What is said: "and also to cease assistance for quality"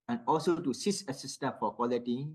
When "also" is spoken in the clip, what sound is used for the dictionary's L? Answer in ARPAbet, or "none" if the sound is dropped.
L